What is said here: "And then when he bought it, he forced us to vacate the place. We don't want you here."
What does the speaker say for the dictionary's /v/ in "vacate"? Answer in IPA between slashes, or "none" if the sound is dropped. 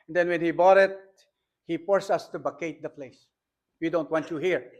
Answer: /b/